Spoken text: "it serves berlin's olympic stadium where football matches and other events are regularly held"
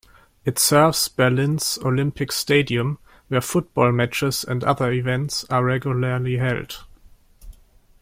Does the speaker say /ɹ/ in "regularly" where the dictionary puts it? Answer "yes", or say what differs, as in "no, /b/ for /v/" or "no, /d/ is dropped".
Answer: yes